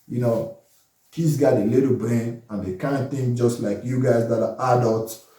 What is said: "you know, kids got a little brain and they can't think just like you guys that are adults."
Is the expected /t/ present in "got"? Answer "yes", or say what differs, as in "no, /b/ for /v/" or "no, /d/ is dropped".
no, /t/ is dropped